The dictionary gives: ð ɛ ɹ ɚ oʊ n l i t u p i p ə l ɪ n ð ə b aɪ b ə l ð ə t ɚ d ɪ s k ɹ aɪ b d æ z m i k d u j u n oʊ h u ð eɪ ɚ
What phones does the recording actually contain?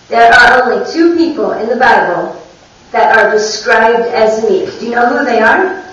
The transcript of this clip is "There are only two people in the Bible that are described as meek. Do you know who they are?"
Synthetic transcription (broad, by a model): ð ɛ ɹ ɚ oʊ n l i t u p i p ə l ɪ n ð ə b aɪ b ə l ð ə t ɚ d ɪ s k ɹ aɪ b d æ z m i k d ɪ j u n oʊ h u ð eɪ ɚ